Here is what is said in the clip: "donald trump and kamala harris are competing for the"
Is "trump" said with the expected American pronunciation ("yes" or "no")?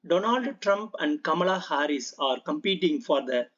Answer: yes